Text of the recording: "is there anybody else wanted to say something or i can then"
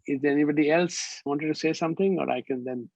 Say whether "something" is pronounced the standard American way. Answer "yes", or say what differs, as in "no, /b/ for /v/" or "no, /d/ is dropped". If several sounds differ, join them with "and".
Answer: no, /t/ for /θ/